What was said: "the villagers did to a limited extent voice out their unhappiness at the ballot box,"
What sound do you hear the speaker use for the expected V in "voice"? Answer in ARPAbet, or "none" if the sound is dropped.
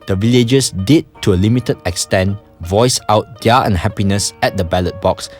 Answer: V